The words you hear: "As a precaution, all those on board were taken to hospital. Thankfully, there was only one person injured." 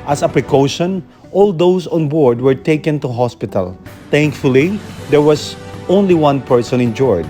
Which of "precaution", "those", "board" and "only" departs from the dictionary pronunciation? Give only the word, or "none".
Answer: those